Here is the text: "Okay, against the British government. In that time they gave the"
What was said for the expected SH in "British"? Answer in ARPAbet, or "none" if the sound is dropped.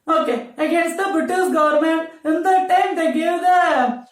S